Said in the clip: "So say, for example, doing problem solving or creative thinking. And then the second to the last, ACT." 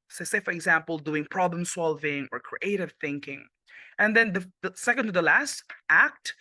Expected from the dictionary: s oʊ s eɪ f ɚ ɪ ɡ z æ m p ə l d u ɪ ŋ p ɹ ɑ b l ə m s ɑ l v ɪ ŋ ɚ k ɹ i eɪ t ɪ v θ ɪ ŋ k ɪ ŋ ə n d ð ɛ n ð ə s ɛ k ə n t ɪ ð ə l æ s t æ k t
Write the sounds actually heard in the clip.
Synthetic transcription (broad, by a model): s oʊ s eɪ f ɚ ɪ ɡ z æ m p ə l d u ɪ ŋ p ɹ ɑ b l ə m s ɑ l v ɪ ŋ ɚ k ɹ i eɪ t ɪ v θ ɪ ŋ k ɪ ŋ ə n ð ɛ n ð ə s ɛ k ə n t ɪ ð ə l æ s t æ k t